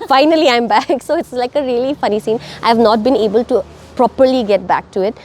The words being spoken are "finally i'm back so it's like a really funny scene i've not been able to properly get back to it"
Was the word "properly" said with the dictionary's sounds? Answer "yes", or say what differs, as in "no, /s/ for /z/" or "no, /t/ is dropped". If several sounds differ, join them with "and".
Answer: yes